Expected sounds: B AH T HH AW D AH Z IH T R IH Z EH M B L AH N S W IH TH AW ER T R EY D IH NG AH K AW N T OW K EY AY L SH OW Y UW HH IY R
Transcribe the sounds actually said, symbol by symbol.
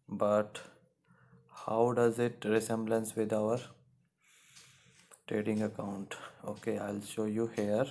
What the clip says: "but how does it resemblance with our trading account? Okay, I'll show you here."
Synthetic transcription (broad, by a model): B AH T HH AW D AH Z IH T R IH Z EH M B L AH N S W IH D AW ER T R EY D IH NG AH K AW N T OW K EY AY L SH OW Y UW HH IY R